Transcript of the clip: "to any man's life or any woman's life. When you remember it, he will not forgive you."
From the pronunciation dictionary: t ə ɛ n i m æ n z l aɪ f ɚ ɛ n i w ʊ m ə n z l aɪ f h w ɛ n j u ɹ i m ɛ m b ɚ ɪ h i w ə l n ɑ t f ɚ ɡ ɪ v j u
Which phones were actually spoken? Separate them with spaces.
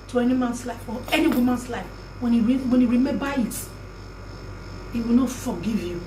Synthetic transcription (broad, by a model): t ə ɛ n i m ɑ n s l aɪ f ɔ ɛ n i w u m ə n s l aɪ f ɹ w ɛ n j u ɹ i m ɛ b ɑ ɪ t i w ə l n ɑ t f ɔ ɡ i v j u